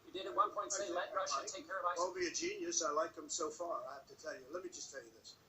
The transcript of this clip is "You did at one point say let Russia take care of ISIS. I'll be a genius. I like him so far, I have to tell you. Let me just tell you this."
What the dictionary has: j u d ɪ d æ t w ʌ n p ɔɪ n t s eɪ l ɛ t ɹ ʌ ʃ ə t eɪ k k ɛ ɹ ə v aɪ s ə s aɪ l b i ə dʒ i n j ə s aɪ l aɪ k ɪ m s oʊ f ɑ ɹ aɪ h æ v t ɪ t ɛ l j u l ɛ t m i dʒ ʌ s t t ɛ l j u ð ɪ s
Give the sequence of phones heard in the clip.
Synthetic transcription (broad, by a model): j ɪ d ɪ d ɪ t w ʌ n p ɔɪ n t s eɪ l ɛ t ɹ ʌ ə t eɪ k k ɛ ɹ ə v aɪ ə aɪ l b i ə dʒ i n j ə s aɪ l aɪ k ɪ m s oʊ f ɑ ɹ aɪ h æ f t ɪ t ɛ l j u l ɛ t m i dʒ ʌ s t t ɛ l j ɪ ð ɪ s